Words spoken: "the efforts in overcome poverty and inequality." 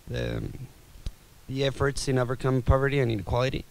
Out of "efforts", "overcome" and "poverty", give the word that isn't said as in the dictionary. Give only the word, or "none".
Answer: none